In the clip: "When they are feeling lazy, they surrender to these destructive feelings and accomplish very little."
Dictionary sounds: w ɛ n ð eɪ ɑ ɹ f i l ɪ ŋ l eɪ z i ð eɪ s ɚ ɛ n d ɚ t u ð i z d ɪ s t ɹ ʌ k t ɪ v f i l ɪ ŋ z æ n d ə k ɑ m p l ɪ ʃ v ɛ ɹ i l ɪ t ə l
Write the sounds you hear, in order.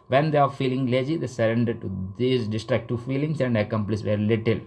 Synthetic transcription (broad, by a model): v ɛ n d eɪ ɑ ɹ f i l ɪ ŋ l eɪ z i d eɪ s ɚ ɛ n d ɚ t u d i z d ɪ s t ɹ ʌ k t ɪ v f i l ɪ ŋ s æ n d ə k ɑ m p l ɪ s v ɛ ɹ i l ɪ t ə l